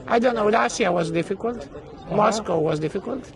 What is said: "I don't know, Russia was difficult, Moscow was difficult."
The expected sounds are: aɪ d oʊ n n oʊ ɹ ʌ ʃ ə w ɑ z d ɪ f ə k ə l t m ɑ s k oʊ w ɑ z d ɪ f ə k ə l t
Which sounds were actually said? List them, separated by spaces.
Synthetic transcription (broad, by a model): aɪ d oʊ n n oʊ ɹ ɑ s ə w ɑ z d ɪ f ə k ə l t m ɑ s k oʊ w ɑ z d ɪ f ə k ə l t